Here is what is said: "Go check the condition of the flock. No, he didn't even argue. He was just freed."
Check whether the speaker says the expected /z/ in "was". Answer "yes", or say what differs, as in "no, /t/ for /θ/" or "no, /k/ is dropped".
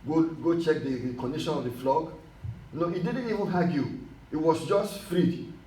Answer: no, /s/ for /z/